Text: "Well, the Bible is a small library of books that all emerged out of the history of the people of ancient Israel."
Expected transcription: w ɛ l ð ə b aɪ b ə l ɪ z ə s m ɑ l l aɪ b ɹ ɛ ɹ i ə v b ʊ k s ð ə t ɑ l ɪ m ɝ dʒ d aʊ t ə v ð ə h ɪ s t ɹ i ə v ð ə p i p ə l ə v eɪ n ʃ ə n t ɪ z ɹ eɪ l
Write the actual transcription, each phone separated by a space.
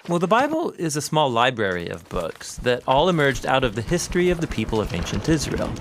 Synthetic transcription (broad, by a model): w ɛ l ð ə b aɪ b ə l ɪ z ə s m ɑ l l aɪ b ɹ ɛ ɹ i ə v b ʊ k s ð ə t ɑ l ɪ m ɝ dʒ d aʊ t ə v ð ə h ɪ s t ɹ i ə v ð ə p i p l ə v eɪ n ʃ ə n t ɪ z ɹ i l